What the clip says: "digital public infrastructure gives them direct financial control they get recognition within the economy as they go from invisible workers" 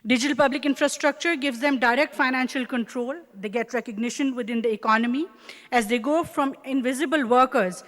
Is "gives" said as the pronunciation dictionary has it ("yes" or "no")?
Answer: yes